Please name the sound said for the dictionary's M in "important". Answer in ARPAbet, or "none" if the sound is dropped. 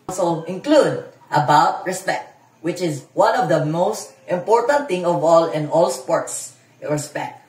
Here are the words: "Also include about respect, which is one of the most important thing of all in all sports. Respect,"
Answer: M